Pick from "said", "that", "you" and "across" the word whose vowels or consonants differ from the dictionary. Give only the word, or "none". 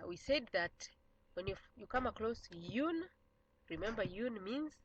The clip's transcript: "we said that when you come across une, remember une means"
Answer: across